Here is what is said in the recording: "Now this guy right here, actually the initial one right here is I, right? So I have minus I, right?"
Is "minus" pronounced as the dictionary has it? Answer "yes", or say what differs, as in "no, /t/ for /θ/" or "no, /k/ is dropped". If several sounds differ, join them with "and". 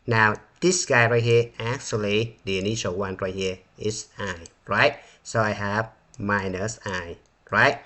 yes